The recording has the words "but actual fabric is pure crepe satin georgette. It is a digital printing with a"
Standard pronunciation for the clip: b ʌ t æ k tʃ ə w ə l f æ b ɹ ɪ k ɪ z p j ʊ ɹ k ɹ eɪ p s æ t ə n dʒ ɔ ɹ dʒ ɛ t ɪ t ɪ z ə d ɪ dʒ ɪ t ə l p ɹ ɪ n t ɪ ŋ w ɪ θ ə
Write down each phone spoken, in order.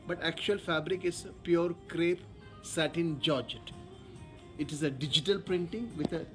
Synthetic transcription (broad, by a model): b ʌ t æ k tʃ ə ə l f æ b ɹ ɪ k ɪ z p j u ɹ k ɹ eɪ p s æ t ə n dʒ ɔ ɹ dʒ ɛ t ɪ t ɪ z ə d ɪ dʒ ɪ t ə l p ɹ ɪ n t ɪ ŋ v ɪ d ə